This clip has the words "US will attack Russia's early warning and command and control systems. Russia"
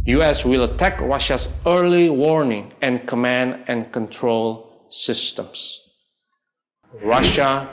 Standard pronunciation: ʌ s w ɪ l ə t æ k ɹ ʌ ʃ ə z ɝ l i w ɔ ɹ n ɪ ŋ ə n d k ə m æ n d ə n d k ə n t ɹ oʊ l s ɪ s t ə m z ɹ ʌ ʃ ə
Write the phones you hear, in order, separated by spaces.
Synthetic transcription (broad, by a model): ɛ s w ɪ l ə t æ k ɹ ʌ ʃ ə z ɝ l i w ɔ ɹ n ɪ ŋ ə n k ə m æ n d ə n k ə n t ɹ oʊ l s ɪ s t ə m s ɹ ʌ ʃ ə